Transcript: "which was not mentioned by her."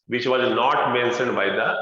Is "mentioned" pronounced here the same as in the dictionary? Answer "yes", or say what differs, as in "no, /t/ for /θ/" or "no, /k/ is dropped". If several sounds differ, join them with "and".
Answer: no, /s/ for /ʃ/